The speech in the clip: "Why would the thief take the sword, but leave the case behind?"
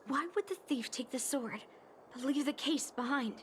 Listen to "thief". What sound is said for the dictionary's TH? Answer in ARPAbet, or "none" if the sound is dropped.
TH